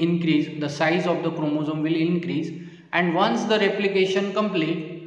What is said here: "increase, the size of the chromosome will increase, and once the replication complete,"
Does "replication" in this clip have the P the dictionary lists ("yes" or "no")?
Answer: yes